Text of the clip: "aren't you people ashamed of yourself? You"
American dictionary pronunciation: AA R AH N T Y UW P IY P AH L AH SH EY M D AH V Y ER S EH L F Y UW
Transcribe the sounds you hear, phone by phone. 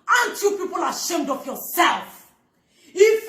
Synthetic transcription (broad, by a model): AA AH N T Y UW P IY P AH L AH SH EY M D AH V Y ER S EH L F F